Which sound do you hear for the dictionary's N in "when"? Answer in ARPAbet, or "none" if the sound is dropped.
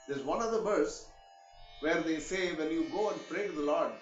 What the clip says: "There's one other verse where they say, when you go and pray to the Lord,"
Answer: L